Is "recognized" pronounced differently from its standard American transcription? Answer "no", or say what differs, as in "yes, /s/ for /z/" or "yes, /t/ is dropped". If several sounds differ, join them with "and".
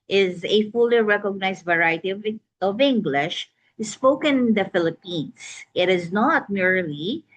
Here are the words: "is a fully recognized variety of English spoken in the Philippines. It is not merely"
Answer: yes, /s/ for /z/